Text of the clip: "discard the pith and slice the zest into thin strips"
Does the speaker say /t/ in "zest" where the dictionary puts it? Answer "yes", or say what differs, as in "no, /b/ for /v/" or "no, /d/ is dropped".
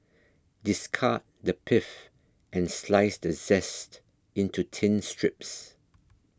yes